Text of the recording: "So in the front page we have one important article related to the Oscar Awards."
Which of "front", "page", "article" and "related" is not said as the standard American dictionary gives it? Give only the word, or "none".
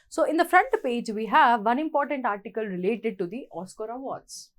none